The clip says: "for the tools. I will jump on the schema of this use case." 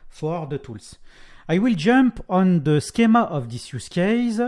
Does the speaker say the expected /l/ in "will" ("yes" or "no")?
yes